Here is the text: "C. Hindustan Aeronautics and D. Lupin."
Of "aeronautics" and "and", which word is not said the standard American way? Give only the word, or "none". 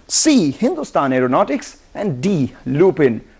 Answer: none